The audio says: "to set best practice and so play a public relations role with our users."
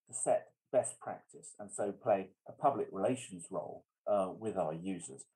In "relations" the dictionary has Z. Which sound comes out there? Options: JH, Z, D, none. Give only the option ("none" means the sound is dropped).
Z